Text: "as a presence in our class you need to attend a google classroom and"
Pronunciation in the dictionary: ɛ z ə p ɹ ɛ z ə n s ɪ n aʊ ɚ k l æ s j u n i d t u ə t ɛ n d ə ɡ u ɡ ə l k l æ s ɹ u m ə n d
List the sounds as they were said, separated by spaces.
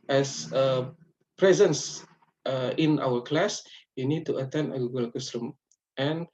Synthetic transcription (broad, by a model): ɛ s ə p ɹ ɛ z ə n s ɪ n aʊ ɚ k l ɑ s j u n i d t u ə t ɛ n d ə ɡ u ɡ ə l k u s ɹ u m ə n